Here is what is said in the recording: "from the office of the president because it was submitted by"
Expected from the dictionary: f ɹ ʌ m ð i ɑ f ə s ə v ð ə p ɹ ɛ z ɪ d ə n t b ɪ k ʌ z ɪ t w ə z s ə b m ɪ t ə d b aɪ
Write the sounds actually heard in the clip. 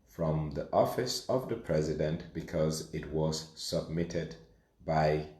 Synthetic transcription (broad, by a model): f ɹ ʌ m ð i ɑ f ə s ə v ð ə p ɹ ɛ z ɪ d ə n t b ɪ k ʌ z ɪ t w ə z s ə b m ɪ t ə d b aɪ